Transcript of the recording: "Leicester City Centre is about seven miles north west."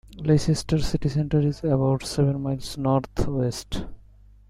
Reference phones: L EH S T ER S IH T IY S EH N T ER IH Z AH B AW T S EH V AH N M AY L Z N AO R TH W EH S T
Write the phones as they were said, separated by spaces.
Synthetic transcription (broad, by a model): L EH S T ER S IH T IY S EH N T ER IH Z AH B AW T S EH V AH N M AY L S N AO R T W EH S T